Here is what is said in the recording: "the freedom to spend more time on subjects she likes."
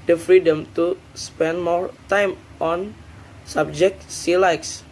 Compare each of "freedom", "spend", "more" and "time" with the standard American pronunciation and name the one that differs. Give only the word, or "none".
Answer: none